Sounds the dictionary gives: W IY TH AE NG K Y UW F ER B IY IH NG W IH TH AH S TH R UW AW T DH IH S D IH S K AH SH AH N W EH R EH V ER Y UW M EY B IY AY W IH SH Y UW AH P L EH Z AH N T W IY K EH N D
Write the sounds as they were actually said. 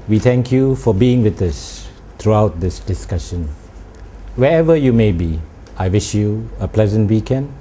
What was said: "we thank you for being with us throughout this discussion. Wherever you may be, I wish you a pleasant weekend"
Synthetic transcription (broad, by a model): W IY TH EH NG K Y UW F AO B IY IH NG W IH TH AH S T R UW AW T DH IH S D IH S K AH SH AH N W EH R EH V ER Y UW M EY B IY AY W IH SH Y UW AH P L EH Z AH N T W IY K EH N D